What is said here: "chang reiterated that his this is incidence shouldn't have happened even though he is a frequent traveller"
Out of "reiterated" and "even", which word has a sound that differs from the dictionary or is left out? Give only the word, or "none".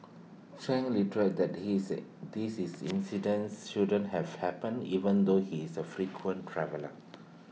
reiterated